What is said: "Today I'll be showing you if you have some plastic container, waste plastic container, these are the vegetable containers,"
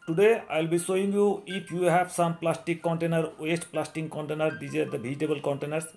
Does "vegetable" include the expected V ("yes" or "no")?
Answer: no